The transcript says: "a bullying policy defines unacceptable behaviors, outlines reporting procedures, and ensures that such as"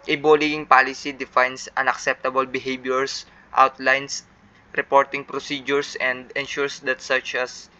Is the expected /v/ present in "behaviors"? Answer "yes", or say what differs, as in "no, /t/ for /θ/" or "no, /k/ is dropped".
no, /b/ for /v/